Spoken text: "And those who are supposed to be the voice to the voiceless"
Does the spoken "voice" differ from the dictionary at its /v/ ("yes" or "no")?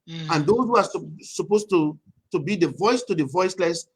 no